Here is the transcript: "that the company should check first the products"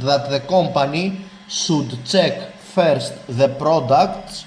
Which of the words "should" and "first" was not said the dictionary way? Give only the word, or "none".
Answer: should